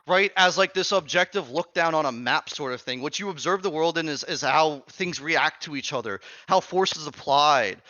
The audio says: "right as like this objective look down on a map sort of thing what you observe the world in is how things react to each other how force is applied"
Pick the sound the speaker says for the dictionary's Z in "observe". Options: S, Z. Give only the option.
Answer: Z